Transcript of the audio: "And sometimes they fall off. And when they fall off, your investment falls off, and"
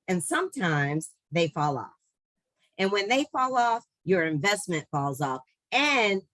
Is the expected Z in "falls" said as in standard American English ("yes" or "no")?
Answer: yes